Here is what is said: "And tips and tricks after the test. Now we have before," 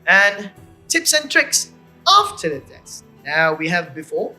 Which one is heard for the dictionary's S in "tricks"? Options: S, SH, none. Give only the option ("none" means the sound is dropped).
S